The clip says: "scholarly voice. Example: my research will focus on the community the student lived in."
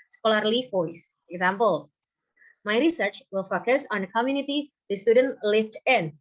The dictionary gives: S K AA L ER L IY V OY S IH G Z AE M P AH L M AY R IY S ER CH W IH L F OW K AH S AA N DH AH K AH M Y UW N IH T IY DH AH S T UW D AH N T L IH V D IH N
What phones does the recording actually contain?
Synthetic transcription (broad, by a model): S K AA L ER L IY F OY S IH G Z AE M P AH L M AY R IY S ER CH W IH L F OW K AH S AA N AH K AH M Y UW N IH T IY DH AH S T UW D AH N T L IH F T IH N